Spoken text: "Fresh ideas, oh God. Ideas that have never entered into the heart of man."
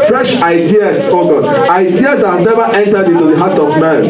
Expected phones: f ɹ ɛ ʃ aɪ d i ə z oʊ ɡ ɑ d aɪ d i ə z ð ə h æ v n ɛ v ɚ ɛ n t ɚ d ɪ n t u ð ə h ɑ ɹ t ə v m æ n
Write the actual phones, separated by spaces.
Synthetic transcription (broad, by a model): f ɹ ɛ ʃ aɪ d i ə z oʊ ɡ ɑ aɪ d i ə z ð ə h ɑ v n ɛ v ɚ ɛ n t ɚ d ɪ n t u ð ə h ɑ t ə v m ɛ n